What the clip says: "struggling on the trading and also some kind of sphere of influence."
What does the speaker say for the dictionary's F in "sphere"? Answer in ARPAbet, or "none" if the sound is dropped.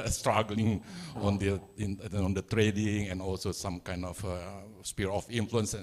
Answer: P